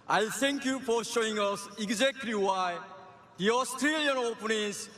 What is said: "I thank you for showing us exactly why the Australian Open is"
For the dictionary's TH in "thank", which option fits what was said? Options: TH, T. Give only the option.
T